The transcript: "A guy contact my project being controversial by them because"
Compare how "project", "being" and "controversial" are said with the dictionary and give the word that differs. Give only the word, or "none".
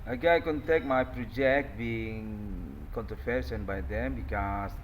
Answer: controversial